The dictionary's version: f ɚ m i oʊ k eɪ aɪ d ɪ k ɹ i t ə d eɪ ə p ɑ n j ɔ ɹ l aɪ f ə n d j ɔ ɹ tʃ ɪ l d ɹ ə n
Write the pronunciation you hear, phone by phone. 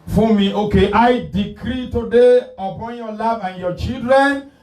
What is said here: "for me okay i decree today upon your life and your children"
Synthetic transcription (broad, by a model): f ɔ m i oʊ k eɪ aɪ d ɪ k ɹ i t ə d eɪ ə p ɑ n j ɔ l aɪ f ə n j ɔ tʃ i l d ɹ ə n